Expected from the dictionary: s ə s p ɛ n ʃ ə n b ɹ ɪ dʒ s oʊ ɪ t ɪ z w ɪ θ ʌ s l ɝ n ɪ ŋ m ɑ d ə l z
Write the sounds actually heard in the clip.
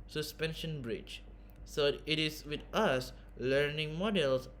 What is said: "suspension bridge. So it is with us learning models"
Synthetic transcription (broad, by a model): s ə s p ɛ n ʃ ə n b ɹ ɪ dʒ s oʊ ɪ t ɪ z w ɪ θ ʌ s l ɝ n ɪ ŋ m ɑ d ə l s